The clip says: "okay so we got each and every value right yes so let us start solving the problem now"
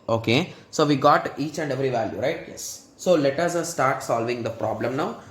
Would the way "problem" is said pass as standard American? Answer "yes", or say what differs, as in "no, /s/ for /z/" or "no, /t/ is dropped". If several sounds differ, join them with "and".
yes